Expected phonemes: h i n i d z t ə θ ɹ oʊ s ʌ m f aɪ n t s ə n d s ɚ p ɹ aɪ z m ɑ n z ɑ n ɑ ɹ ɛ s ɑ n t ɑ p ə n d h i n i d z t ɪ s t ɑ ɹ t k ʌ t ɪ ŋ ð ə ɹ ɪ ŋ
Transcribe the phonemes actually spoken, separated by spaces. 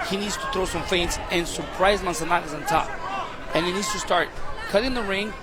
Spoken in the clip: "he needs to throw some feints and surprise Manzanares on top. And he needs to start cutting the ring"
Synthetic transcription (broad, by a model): h i n i d z t ə θ ɹ oʊ s ʌ m f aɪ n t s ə n s ɚ p ɹ aɪ z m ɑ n s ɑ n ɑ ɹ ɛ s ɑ n t ɑ p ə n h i n i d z t ɪ s t ɑ ɹ t k ʌ t ɪ ŋ ð ə ɹ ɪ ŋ